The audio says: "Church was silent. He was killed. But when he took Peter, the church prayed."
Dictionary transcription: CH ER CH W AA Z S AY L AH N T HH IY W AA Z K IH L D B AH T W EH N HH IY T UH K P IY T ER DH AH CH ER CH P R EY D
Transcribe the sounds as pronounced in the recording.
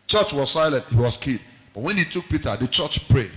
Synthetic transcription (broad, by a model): CH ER CH W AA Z S AY L AH N T HH IY W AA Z K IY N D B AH T W EH N HH IY T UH K P IY T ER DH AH CH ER CH P R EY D